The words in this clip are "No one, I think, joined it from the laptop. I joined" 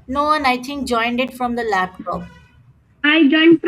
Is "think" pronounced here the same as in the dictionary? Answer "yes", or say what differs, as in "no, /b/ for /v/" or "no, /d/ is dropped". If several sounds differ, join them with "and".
no, /t/ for /θ/